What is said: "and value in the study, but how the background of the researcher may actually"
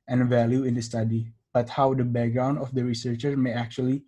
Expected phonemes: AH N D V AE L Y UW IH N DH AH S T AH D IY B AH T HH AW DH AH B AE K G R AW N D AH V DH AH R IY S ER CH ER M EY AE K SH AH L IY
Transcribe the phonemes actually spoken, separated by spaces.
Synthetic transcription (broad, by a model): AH N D V AE L Y UW IH N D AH S T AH D IY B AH T HH AW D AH B AE K G R AW N D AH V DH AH R IY S ER CH ER M EY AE K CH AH L IY